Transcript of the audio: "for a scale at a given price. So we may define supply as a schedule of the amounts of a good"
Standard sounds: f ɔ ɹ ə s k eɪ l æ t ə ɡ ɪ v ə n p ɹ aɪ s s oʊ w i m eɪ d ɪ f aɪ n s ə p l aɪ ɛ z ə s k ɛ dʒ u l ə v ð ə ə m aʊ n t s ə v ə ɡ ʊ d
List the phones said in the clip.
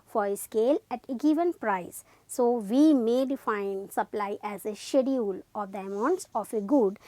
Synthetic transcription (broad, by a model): f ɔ ɹ ə s k eɪ l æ t ə ɡ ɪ v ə n p ɹ aɪ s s oʊ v i m eɪ d ɪ f aɪ n s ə p l aɪ ɛ z ə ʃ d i u l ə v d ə ə m aʊ n t s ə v ə ɡ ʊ d